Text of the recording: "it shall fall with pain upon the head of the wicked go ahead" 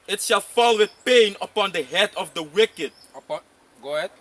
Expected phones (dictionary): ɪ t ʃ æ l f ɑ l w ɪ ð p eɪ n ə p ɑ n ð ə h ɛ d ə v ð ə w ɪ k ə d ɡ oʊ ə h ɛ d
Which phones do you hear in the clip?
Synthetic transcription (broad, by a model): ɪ t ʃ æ l f ɑ l w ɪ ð p eɪ n ə p ɑ n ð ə h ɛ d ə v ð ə w ɪ k ə d ɡ oʊ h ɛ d